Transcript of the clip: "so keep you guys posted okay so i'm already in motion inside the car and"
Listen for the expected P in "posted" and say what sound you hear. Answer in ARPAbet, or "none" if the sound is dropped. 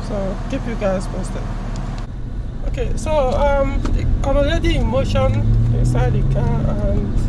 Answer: F